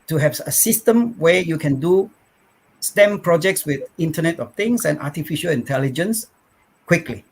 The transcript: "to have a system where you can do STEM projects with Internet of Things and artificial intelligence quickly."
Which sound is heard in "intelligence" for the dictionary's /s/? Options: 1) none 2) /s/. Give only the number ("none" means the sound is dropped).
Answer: 2